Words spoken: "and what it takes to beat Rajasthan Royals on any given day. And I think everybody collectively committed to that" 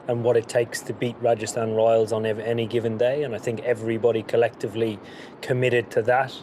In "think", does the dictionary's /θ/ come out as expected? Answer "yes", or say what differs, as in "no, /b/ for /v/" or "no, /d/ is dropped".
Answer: yes